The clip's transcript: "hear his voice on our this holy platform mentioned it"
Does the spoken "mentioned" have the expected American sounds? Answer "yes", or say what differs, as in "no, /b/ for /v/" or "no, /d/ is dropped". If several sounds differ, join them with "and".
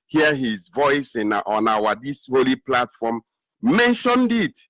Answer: yes